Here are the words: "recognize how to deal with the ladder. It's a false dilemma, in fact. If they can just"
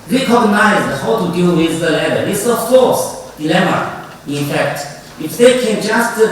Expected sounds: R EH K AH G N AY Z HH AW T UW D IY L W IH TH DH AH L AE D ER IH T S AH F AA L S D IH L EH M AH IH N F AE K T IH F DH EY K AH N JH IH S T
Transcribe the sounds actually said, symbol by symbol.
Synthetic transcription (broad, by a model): R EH K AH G N AY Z HH AW T UW D IY L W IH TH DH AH L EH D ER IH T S AH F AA S D IH L EH M AH IH N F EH K T IH F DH EY K AH N JH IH S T